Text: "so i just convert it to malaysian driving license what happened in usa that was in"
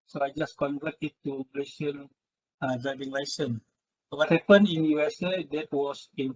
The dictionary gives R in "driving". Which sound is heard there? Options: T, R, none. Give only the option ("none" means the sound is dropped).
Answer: none